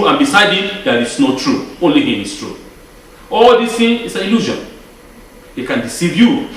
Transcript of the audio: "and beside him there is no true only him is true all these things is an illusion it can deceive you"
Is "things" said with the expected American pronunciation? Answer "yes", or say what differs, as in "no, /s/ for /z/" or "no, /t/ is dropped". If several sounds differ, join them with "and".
no, /z/ is dropped